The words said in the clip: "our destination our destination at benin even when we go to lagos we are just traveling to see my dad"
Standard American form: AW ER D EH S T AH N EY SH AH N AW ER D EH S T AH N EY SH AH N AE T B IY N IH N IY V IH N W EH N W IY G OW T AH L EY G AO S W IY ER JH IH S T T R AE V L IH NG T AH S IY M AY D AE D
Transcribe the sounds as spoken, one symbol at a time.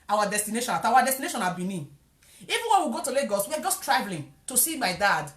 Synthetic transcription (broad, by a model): AW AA D EH S T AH N EY SH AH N AW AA D EH S T AH N EY SH AH N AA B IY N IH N IY V IH N W EH N W IY G OW T AH L EY G AO S W IY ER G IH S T T R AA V L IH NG T AH S IY M AY D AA D